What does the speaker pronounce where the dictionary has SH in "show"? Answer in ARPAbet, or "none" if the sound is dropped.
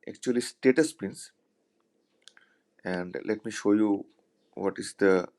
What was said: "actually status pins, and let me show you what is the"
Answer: SH